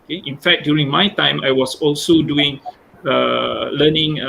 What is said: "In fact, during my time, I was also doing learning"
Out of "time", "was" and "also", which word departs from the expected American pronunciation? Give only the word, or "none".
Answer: was